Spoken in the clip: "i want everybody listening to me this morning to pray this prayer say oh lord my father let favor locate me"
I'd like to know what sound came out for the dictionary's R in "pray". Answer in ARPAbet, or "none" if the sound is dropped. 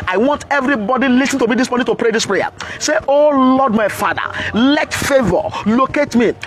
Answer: R